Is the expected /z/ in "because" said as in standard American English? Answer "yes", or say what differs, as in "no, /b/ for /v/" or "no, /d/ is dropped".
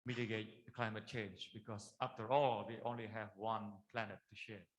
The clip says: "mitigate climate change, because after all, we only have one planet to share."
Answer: no, /s/ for /z/